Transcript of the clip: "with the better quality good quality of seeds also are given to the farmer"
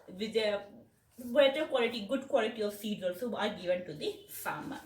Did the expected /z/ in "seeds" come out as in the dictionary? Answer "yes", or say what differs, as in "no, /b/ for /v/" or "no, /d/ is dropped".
no, /z/ is dropped